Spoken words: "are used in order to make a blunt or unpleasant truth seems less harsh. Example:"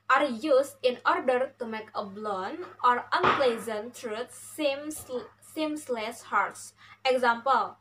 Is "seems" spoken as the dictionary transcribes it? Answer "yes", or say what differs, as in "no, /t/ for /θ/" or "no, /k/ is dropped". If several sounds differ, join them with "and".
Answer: no, /s/ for /z/